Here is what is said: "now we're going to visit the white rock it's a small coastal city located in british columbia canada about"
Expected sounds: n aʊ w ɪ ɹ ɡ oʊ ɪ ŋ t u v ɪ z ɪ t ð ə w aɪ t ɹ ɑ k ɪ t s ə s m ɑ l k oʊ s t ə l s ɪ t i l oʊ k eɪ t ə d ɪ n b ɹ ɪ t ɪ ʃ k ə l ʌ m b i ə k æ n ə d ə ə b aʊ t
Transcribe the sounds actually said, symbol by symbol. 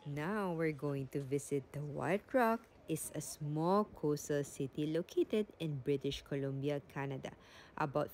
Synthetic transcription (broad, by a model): n aʊ w ɪ ɹ ɡ oʊ ɪ ŋ t u v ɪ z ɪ t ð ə w aɪ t ɹ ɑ k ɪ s ə s m ɑ l k oʊ s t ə l s ɪ t i l oʊ k eɪ t ə d ɪ n b ɹ ɪ t ɪ ʃ k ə l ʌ m b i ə k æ n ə d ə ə b aʊ t